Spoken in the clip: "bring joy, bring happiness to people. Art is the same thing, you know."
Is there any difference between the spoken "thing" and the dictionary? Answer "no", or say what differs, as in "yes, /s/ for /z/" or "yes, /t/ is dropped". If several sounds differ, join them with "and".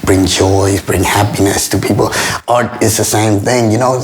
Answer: no